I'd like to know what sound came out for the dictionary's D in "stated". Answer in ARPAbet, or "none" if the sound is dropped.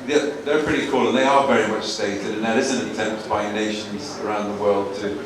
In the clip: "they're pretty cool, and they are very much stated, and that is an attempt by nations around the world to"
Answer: D